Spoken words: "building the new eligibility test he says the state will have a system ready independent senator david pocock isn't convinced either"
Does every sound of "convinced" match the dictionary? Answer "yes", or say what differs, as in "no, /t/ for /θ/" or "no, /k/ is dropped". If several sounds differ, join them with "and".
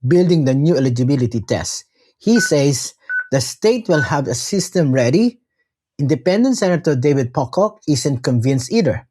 no, /t/ is dropped